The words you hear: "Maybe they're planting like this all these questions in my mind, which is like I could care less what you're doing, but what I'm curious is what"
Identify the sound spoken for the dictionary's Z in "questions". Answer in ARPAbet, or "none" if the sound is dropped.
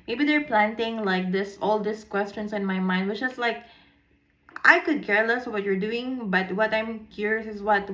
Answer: S